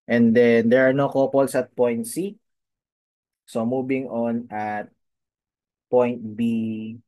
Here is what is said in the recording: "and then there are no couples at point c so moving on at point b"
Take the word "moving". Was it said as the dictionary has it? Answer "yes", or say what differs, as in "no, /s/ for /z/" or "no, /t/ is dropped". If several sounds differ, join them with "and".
no, /b/ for /v/